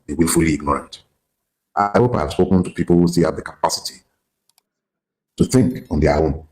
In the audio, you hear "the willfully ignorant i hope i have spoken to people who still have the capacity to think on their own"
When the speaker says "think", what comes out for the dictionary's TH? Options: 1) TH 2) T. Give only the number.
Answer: 1